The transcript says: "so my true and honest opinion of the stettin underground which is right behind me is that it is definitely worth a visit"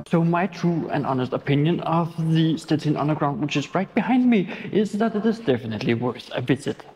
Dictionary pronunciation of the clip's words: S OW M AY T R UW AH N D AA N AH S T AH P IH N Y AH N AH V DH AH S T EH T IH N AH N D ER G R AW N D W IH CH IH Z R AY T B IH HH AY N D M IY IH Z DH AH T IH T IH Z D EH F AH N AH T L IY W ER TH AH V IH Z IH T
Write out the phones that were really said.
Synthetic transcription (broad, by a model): S OW M AY T R UW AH N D AA N AH S T AH P IH N Y AH N AH V DH AH S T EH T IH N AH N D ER G R AW N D W IH CH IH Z R AY T B IH HH AY N D M IY IH Z DH AH T IH T IH Z D EH F AH N AH T L IY W ER S AH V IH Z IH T